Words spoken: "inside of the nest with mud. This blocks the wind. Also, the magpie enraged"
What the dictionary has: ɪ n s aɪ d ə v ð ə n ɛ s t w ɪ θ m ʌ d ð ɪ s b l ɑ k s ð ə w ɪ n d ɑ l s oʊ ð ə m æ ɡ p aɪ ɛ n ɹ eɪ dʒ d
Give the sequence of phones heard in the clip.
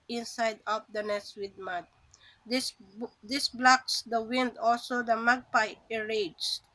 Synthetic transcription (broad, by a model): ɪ n s aɪ d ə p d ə n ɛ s w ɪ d m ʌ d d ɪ s b l ɑ k s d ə w ɪ n d ɑ l s oʊ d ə m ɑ ɡ p aɪ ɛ ɹ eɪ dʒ